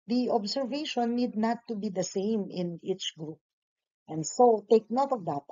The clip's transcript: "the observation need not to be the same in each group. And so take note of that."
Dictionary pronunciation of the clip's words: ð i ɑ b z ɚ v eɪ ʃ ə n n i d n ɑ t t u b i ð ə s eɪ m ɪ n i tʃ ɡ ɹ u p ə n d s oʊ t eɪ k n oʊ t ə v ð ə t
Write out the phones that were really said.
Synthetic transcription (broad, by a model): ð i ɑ b s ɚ v eɪ ʃ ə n n i d n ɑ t t u b i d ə s eɪ m ɪ n i tʃ ɡ ɹ u p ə n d s oʊ t eɪ k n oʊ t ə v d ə t